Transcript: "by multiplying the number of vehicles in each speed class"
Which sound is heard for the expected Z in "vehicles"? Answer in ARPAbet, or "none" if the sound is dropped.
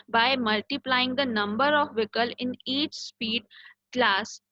none